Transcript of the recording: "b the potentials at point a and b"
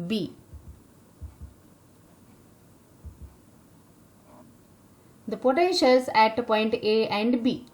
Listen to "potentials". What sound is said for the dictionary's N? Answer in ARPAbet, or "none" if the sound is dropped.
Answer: none